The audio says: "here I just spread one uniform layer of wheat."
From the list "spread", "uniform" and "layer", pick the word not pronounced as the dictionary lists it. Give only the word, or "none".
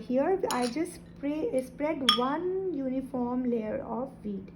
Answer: none